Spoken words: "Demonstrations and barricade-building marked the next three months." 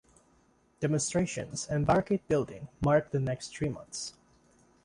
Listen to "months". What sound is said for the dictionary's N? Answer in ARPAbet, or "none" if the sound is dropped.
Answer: N